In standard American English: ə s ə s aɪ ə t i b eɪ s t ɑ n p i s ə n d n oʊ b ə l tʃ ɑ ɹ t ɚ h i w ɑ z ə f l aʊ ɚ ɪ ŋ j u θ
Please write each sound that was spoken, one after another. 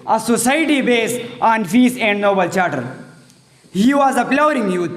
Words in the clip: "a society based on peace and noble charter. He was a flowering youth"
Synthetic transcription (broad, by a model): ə s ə s aɪ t i b eɪ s ɑ n f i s ə n d n oʊ b ə l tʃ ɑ ɹ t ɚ h i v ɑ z ə p l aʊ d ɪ ŋ j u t